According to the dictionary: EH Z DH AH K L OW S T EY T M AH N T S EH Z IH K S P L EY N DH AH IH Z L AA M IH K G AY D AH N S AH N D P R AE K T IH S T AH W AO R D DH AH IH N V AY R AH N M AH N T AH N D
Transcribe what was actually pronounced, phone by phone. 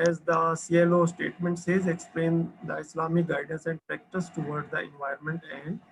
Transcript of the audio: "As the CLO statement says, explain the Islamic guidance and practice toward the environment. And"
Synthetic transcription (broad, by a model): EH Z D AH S L OW S T EY T M AH N T S EH Z IH K S P L EY N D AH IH S L AA M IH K G AY D AH N S AH N D P R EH K T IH S T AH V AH R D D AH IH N V AY AH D M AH N T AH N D